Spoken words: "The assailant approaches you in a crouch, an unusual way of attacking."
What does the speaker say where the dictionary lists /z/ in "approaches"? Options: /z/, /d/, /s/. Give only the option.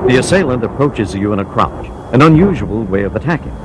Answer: /z/